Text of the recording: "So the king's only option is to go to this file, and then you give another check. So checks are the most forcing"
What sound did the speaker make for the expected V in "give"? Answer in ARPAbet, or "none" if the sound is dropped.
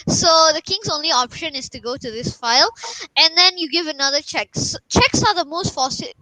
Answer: V